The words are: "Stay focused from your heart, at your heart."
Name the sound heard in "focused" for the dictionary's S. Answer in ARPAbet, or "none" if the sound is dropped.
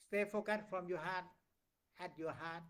none